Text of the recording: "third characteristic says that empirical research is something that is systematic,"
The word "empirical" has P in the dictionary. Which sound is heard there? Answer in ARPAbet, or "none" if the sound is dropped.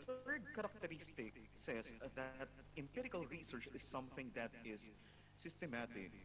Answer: P